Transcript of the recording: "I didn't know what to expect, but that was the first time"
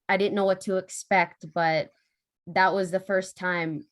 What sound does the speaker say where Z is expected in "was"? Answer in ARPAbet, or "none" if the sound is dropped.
Z